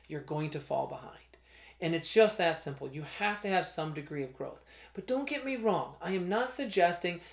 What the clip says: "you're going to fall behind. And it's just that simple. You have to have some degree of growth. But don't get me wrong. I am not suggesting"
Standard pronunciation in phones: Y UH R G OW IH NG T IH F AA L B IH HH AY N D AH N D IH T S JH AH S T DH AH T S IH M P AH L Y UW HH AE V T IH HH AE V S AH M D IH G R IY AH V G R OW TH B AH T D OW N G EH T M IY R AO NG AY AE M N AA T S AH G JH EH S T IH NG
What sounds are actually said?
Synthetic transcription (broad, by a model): Y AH R G OW IH NG T IH F AA L B IH HH AY N D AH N IH T S JH AH S T DH AH T S IH M P L Y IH HH AE F T IH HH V S AH M D IH G R IY AH V G R OW TH B AH T D OW N G EH T M IY R AO NG AY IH M N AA T S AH G JH EH S T IH NG